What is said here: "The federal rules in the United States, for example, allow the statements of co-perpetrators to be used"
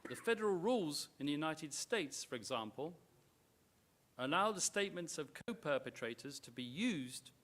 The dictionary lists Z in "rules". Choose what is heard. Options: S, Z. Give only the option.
Z